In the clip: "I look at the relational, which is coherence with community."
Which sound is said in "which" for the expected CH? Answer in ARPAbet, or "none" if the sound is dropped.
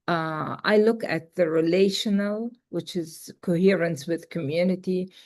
CH